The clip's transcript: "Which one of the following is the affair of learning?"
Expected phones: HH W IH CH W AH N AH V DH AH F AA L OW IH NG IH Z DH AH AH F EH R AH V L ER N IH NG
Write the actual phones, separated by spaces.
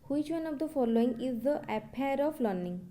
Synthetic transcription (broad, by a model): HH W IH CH W AH N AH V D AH F AA L OW IH NG IH Z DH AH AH P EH R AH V L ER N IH NG